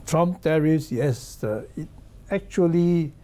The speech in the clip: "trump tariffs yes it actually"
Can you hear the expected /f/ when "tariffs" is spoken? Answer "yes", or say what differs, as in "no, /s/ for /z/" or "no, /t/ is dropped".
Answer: no, /f/ is dropped